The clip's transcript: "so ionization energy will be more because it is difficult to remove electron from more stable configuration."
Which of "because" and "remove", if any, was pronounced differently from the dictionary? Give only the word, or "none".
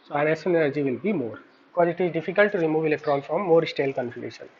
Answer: none